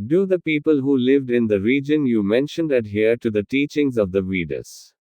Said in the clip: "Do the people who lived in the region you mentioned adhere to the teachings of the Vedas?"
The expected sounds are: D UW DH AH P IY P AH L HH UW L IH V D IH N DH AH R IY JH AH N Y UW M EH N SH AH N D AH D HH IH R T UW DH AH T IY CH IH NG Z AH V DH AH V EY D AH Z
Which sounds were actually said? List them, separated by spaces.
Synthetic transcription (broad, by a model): D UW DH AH P IY P AH L HH UW L IH V D IH N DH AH R IY JH AH N Y UW M EH N SH AH N D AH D HH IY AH T UW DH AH T IY CH IH NG Z AH V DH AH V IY D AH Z